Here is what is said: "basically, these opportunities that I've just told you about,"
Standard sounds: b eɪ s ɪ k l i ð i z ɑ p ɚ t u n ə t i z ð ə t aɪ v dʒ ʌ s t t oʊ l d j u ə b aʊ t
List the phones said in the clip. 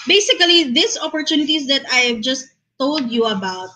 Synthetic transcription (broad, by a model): b eɪ s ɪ k l i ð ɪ s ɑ p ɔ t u n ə t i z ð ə t aɪ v dʒ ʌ s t t oʊ l d j u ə b aʊ t